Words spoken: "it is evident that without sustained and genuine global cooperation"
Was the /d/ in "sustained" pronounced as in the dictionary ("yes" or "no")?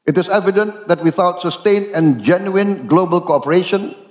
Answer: no